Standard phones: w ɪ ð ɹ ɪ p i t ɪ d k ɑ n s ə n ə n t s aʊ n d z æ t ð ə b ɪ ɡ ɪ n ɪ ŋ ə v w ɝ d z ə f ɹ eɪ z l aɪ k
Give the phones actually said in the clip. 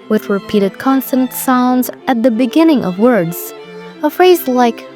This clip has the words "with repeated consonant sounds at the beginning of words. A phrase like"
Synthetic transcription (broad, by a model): w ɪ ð ɹ ɪ p i t ɪ d k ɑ n s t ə n t s aʊ n d z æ t ð ə b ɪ ɡ ɪ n ɪ ŋ ə v w ɝ d z ə f ɹ eɪ z l aɪ k